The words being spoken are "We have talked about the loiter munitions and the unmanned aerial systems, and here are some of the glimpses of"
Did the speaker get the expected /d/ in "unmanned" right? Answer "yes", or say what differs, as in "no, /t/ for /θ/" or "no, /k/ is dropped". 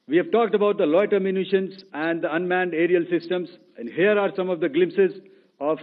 yes